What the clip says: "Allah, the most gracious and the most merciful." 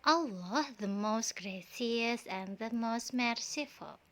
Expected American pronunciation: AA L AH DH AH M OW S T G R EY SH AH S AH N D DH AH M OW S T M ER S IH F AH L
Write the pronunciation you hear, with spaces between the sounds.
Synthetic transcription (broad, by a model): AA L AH DH AH M OW S T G R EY S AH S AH N DH AH M OW S T M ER S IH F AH L